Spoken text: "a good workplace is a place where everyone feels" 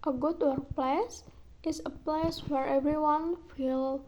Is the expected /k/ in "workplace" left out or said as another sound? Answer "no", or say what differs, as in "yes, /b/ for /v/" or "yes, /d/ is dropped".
yes, /k/ is dropped